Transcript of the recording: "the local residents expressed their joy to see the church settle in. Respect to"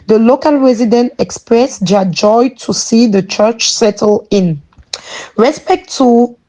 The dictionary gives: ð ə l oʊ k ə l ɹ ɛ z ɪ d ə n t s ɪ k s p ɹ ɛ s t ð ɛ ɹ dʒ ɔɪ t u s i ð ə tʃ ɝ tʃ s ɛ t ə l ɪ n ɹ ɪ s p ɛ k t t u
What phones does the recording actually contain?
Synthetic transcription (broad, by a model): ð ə l oʊ k ə l ɹ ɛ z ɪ d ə n t ɪ k s p ɹ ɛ s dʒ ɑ dʒ ɔɪ t u s i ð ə tʃ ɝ tʃ s ɛ t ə l ɪ n ɹ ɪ s p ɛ k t t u